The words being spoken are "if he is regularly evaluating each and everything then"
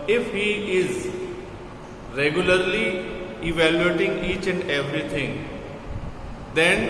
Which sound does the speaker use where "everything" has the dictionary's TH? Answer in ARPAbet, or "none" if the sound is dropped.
T